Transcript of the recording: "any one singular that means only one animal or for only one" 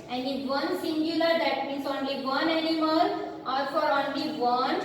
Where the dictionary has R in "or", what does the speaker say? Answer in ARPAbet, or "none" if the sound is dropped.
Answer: L